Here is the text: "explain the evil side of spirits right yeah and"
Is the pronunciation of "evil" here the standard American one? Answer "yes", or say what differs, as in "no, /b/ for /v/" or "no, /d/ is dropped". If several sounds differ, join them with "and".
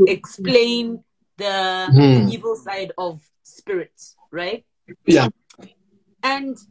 yes